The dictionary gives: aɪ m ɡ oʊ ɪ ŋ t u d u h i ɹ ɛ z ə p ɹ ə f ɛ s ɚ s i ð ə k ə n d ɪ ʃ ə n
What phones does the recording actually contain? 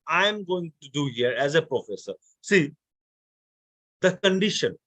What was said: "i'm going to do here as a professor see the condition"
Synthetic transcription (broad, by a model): aɪ m ɡ oʊ ɪ ŋ t u d u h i ɹ ɛ z ə p ɹ ə f ɛ s ɚ s i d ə k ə n d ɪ ʃ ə n